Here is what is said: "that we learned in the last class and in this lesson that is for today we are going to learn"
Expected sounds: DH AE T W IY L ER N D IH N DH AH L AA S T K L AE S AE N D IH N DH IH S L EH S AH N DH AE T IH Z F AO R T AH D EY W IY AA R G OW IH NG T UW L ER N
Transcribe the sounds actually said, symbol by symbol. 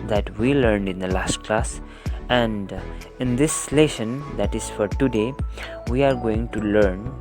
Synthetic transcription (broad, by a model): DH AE T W IY L ER N D IH N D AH L AA S T K L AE S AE N D IH N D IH S L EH SH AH N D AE T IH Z F AO R T AH D EY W IY AA R G OW IH NG T UW L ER N